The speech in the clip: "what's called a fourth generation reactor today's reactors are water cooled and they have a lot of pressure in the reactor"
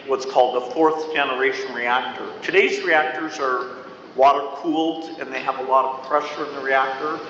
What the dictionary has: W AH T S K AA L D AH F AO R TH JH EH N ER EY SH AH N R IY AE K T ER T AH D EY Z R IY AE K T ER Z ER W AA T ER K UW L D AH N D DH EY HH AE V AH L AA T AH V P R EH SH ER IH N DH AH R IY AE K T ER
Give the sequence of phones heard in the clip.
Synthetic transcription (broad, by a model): W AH T S K AA L D AH F AO R TH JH EH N ER EY SH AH N R IY AE K T ER T AH D EY Z R IY AE K T ER Z ER W AA T ER K UW L D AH N DH EY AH V AH L AA T AH V P R EH SH ER IH N DH AH R IY AE K T ER